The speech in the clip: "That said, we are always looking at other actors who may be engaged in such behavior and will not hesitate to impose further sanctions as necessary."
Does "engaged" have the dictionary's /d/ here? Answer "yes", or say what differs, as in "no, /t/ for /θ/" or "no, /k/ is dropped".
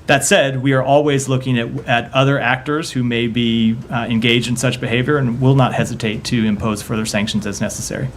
yes